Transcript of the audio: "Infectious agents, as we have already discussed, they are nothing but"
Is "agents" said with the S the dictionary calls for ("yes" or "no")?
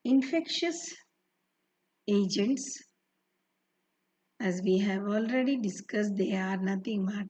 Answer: yes